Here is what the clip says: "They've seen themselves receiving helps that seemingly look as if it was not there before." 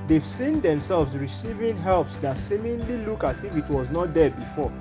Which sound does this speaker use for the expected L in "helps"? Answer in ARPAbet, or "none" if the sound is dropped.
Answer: L